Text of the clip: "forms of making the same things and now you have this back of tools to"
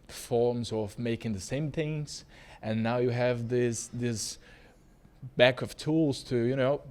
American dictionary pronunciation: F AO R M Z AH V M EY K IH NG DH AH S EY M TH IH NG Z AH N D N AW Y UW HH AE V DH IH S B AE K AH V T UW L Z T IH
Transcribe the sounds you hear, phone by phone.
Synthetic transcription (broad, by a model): F AO R M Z AH V M EY K IH NG DH AH S EY M TH IH NG Z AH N N AW Y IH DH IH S DH IH S B AE K AH V T UW L Z T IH